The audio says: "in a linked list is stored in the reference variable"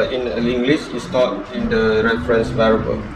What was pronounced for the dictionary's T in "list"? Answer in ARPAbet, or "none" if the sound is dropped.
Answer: none